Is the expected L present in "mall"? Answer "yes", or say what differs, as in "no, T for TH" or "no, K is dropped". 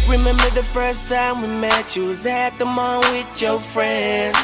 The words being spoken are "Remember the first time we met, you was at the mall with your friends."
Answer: no, N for L